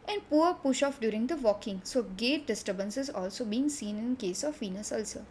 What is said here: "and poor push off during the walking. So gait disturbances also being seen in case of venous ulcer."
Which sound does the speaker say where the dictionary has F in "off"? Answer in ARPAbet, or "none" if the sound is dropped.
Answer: F